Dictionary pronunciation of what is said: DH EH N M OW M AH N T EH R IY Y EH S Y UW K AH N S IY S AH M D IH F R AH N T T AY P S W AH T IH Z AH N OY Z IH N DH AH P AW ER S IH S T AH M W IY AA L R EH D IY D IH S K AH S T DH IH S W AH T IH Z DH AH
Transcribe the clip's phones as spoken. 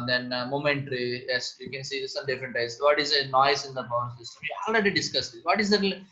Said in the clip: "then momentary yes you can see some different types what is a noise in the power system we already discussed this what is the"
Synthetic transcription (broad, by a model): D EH N M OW M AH N T R IY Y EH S Y UW K AH N S IY S AH M D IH F R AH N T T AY S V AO T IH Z AH N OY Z IH N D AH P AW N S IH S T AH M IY AA L R EH D IY D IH S K AH S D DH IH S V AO T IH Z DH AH